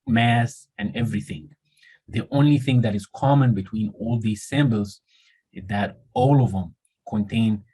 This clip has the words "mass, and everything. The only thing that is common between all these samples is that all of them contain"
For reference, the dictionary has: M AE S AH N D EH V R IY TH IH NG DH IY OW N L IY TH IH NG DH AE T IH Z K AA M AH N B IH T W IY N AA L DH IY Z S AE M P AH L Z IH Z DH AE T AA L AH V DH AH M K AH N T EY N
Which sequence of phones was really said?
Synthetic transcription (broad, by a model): M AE S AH N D EH V R IY TH IH NG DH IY OW N L IY TH IH NG DH AE T IH Z K AA M AH N B IH T W IY N AA L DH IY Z S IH M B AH L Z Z DH AE T AA L AH V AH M K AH N T EY N